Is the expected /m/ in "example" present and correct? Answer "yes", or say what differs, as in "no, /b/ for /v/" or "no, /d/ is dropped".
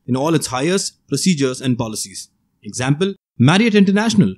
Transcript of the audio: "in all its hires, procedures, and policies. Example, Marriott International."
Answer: yes